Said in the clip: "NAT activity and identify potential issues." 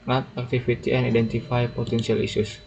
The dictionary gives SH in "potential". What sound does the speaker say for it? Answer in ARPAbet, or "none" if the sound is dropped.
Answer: S